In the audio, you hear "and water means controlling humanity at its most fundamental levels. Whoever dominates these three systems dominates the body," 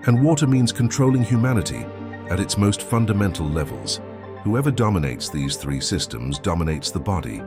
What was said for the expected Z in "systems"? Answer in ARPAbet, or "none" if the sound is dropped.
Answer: Z